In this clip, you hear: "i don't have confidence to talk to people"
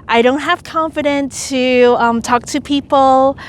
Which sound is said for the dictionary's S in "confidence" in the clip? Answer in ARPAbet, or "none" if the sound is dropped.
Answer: none